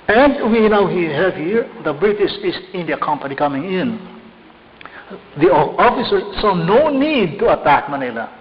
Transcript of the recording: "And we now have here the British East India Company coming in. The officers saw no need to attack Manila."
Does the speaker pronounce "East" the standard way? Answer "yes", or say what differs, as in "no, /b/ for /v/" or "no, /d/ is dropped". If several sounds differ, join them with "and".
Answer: no, /t/ is dropped